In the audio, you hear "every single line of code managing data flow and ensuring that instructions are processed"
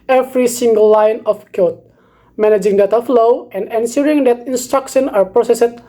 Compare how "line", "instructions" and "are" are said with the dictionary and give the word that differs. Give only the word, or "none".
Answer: instructions